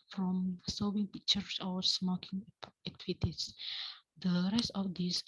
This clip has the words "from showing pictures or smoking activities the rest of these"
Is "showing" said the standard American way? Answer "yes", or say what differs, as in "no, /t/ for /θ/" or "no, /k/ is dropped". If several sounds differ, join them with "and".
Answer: no, /s/ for /ʃ/